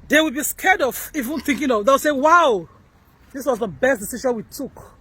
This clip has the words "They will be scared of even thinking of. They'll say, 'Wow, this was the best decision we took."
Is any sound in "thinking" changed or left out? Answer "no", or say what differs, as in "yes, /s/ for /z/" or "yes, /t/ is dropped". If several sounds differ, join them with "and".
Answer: no